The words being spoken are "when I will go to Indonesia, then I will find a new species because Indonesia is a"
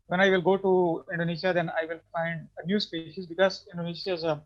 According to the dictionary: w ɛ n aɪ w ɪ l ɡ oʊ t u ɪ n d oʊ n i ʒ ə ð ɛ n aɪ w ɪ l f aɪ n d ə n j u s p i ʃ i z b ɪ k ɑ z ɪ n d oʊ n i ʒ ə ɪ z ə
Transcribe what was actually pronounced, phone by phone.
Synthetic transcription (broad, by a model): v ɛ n aɪ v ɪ l ɡ oʊ t u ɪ n d oʊ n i ʃ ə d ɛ n aɪ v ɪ l f aɪ n d ə n j u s p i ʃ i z b ɪ k ɑ z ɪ n d oʊ n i ʃ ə ɪ z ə